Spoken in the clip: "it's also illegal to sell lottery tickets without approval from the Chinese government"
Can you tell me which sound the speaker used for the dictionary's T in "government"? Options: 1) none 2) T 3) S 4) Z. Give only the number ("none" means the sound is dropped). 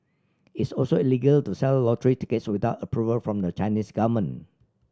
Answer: 1